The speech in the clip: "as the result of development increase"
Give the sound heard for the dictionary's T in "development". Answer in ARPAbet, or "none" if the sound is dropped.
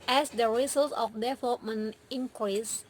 none